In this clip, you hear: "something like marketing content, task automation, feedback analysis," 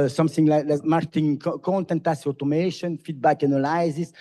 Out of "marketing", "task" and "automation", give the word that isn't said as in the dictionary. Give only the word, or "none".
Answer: task